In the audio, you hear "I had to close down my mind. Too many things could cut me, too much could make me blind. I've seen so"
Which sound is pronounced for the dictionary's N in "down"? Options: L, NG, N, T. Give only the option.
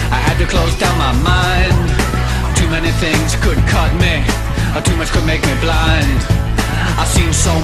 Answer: N